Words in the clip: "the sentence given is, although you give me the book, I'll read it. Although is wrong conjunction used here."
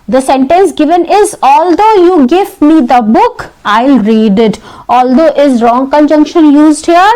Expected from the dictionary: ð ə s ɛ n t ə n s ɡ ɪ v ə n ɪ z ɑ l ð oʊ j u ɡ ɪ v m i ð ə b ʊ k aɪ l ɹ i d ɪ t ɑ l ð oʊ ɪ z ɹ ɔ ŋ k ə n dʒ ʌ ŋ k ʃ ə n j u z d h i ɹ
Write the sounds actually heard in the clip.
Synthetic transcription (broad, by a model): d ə s ɛ n t ə n s ɡ ɪ v ə n ɪ z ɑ l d oʊ j u ɡ ɪ v m i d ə b ʊ k aɪ l ɹ i d ɪ t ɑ l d oʊ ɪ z ɹ ɔ ŋ k ə n dʒ ʌ ŋ k ʃ ə n j u z d h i ɹ